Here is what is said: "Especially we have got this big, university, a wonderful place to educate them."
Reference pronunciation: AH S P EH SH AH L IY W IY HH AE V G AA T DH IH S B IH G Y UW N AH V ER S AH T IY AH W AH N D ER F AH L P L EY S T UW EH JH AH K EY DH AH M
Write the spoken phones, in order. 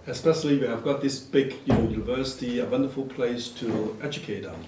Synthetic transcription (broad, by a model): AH S P EH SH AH L IY W IY HH AE V G AA T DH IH S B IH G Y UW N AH V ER S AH T IY AH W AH N D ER F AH L P L EY S T UW EH JH AH K EY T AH